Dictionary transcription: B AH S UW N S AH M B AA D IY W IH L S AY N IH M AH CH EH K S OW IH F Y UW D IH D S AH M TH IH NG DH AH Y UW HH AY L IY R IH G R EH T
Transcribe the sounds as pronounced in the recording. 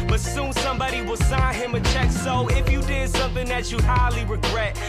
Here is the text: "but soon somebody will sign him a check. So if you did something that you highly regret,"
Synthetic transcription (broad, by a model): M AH S UW N S AH M B AA D IY W IH L S AY N IH M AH CH EH K S OW IH F Y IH D IH D S AH M TH IH NG DH AH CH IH HH AY L IY R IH G R EH T